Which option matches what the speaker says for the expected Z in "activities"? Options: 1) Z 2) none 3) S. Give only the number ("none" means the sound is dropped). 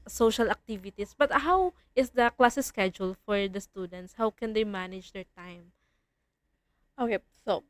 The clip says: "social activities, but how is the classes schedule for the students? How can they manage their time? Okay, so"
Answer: 3